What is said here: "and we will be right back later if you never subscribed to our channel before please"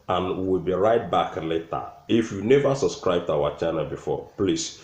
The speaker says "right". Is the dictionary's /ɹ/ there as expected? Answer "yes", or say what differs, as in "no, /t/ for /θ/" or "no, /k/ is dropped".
yes